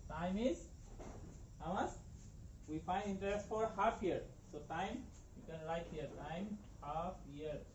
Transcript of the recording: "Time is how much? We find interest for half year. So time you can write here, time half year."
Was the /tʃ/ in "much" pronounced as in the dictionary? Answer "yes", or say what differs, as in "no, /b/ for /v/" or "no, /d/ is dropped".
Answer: no, /s/ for /tʃ/